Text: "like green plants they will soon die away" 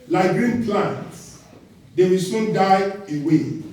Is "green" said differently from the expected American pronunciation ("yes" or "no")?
no